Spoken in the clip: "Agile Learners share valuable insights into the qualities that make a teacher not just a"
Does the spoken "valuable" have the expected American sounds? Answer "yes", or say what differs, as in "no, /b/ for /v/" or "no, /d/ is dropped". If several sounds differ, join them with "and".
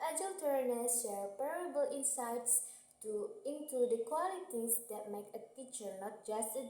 no, /p/ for /v/